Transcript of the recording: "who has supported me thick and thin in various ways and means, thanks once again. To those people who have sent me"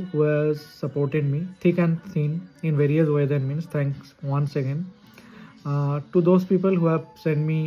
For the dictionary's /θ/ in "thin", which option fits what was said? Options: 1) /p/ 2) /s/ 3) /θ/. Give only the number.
2